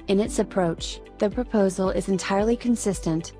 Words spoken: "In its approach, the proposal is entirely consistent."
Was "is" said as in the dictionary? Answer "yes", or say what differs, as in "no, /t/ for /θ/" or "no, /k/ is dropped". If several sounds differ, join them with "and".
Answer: yes